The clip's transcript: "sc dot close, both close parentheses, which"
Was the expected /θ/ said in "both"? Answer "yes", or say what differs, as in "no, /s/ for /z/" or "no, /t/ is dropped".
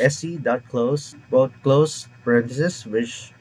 no, /t/ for /θ/